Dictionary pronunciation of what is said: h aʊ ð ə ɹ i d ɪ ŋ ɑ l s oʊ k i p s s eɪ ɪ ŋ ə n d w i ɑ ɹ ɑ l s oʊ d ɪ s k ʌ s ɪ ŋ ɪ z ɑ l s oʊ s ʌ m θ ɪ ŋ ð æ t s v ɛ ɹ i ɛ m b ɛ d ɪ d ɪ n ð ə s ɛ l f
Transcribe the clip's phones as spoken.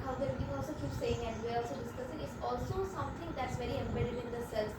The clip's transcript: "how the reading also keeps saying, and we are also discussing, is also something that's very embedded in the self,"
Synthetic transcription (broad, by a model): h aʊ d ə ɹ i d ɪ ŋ ɑ l s oʊ k i p s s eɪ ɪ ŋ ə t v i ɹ ɑ l s oʊ d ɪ s k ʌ s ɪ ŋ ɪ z ɑ l s oʊ s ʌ m t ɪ ŋ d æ t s v ɛ ɹ i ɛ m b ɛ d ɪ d ɪ n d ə s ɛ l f